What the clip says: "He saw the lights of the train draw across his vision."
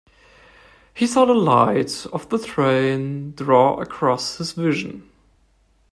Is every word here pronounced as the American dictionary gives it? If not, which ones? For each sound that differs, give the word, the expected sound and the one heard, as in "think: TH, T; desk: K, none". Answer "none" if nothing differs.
lights: S, none